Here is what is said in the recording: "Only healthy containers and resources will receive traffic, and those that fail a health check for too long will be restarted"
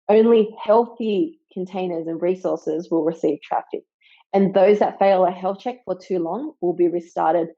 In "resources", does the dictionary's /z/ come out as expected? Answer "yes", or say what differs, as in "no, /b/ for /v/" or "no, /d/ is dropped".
yes